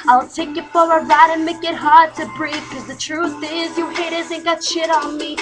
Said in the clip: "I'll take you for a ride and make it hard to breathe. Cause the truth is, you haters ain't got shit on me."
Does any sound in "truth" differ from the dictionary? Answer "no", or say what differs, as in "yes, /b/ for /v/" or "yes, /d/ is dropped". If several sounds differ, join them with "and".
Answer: no